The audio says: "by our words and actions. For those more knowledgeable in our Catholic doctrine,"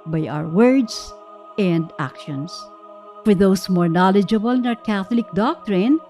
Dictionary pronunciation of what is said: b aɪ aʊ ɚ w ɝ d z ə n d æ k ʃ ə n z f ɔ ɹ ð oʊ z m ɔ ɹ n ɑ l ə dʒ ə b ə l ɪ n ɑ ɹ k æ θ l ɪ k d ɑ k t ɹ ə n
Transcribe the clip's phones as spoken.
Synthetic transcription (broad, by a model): b aɪ aʊ ɚ w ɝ d s ə n d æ k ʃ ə n s f ɔ ɹ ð oʊ s m ɔ ɹ n ɑ l ə dʒ ə b ə l ɪ n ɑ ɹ k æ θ l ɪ k d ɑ k t ɹ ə n